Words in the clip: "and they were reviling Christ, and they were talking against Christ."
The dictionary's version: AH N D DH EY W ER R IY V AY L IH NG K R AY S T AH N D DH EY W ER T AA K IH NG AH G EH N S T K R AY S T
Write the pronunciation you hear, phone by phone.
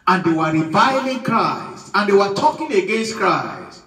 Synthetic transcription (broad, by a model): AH N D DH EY W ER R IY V AY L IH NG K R AY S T AH N D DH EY W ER T AA K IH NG AH G EH N S T K R AY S